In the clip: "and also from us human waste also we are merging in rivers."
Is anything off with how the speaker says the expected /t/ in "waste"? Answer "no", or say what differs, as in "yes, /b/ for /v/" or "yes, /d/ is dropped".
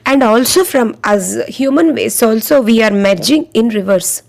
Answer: yes, /t/ is dropped